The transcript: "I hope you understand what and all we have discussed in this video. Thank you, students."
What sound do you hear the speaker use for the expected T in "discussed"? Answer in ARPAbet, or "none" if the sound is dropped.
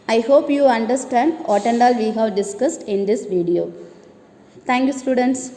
T